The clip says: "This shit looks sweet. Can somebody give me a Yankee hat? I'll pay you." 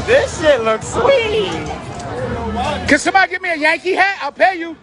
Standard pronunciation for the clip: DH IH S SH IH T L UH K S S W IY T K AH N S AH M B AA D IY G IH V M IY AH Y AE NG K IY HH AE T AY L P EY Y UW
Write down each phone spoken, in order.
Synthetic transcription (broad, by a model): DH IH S SH IH T L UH K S S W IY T K AH N S AH M B AA D IY G IH V M IY AH Y AE NG K IY HH AE T AY L P EY Y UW